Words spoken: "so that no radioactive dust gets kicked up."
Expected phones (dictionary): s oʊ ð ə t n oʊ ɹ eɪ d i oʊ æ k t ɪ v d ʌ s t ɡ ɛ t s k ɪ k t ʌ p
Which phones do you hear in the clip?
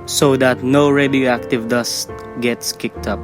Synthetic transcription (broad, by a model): s oʊ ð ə t n oʊ ɹ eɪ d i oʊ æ k t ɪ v d ʌ s t ɡ ɛ t s k ɪ k t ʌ p